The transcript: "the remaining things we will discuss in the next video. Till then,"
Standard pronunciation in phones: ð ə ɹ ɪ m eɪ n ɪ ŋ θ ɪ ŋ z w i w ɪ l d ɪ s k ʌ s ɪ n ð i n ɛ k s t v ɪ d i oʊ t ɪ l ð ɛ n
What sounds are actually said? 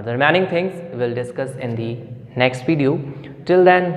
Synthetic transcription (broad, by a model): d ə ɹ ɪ m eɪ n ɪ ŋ t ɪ ŋ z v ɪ l d ɪ s k ʌ s ɪ n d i n ɛ k s t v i d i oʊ t ɪ l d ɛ n